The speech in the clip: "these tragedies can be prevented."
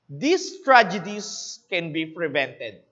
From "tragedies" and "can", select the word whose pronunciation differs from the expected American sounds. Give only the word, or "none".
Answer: tragedies